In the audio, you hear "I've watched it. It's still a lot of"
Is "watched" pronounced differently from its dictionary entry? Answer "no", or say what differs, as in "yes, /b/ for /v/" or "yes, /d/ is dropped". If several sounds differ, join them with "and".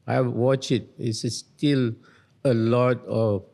yes, /t/ is dropped